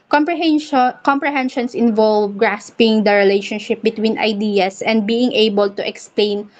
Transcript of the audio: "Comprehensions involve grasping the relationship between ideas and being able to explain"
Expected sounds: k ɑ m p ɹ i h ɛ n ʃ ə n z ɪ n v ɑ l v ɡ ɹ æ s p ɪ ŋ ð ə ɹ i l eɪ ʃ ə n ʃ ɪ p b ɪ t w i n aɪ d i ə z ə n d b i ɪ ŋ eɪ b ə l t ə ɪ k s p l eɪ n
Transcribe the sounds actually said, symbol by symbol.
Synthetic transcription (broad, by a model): k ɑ m p ɹ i h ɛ n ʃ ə n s ɪ n v ɑ l v ɡ ɹ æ s p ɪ ŋ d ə ɹ i l eɪ ʃ ə n ʃ ɪ p b ɪ t w i n aɪ d i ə s ə n d b i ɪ ŋ eɪ b ə l t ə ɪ k s p l eɪ n